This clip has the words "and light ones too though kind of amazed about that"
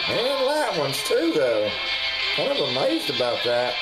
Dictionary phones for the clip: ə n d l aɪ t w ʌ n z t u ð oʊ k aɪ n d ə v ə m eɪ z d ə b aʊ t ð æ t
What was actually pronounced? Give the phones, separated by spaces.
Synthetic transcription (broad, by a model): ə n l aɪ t w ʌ n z t u ð oʊ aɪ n ə v ə m eɪ z d ə b aʊ t ð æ t